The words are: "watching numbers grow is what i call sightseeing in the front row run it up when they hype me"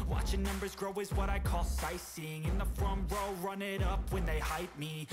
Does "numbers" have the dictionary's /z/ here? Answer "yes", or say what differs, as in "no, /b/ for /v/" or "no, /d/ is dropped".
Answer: yes